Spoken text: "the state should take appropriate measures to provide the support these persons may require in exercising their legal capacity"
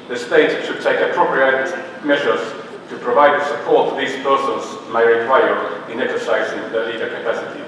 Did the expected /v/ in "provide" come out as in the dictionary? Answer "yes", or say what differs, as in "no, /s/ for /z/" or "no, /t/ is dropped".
yes